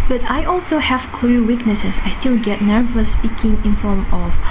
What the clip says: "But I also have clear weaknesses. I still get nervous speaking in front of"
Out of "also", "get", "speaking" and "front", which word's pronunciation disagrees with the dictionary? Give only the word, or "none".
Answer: front